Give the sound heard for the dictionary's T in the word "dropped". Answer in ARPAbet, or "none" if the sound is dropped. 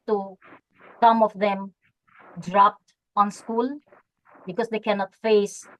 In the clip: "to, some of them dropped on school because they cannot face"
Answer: T